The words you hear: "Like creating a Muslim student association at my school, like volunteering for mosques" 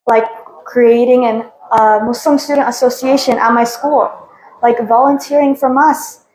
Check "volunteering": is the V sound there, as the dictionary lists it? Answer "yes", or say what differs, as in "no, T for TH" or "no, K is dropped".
yes